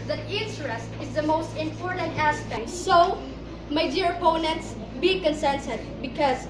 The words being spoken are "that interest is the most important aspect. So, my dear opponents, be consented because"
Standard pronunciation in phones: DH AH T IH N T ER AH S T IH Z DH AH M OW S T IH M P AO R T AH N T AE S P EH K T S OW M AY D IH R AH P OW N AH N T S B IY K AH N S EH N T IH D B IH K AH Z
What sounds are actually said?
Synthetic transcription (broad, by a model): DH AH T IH N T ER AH S T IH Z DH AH M OW S T IH M P AO R T AH N T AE S P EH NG S OW M AY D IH R AH P OW N AH N T S B IY K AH N S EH N S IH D B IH K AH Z